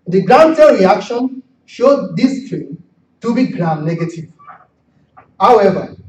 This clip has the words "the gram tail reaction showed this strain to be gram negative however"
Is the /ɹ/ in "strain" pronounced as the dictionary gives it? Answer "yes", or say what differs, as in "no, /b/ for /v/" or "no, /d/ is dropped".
no, /ɹ/ is dropped